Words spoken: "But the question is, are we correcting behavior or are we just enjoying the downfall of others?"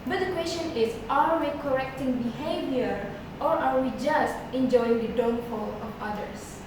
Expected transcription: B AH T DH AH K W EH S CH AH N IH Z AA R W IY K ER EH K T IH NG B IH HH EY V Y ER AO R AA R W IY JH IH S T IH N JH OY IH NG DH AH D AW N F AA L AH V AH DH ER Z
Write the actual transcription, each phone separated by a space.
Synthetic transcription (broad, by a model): B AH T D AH K W EH S CH AH N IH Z AA R W IY K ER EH K T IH NG B IH HH EY V Y ER AO R AA R W IY JH IH S T IH N JH OY IH NG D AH D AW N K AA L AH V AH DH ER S